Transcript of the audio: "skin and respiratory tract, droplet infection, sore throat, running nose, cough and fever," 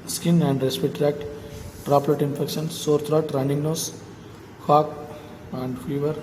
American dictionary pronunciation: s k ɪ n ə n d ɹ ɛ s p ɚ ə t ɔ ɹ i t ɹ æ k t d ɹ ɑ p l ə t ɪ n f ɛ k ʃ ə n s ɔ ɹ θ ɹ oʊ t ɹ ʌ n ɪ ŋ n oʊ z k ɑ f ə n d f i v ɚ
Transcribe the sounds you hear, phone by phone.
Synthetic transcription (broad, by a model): s k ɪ n ə n d ɹ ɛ s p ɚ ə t t ɹ æ k t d ɹ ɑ p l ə t ɪ n f ɛ k ʃ ə n s ɔ ɹ t ɹ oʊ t ɹ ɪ n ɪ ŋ n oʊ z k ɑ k ə n d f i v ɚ